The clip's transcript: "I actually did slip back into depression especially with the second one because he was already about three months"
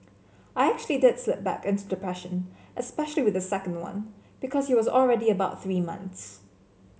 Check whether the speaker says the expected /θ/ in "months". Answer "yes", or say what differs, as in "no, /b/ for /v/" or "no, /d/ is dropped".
yes